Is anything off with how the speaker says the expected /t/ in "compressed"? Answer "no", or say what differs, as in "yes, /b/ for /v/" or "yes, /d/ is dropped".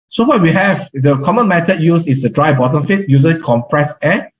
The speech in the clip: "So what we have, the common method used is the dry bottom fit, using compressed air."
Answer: yes, /t/ is dropped